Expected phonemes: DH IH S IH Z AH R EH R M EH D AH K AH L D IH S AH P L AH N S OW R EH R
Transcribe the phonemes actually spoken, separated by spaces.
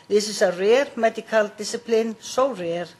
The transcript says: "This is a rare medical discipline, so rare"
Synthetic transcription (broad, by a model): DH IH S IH S AH R EH R M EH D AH K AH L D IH S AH P L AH N S OW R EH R